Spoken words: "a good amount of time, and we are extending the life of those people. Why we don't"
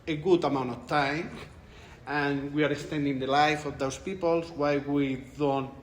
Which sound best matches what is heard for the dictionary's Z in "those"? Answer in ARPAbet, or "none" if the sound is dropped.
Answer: S